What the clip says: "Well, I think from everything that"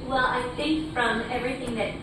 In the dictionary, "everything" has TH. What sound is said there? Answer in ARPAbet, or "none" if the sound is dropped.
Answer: TH